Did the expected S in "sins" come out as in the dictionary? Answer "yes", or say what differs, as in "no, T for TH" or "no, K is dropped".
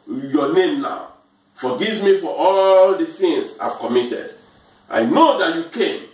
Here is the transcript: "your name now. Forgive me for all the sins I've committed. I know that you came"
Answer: no, TH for S